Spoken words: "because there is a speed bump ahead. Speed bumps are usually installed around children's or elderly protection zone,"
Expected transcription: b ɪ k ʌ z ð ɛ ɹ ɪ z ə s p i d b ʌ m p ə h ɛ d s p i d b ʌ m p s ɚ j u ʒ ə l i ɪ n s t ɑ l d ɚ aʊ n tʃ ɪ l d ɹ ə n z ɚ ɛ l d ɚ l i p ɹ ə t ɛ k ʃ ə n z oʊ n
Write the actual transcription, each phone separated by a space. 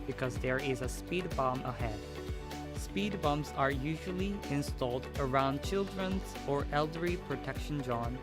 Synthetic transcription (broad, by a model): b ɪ k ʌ z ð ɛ ɹ ɪ z ə s p i d b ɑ m ə h ɛ d s p i d b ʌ m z ɚ j u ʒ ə l i ɪ n s t ɑ l d ɚ aʊ n tʃ ɪ l d ɹ ə n z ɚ ɛ l d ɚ i p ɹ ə t ɛ k ʃ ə n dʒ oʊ n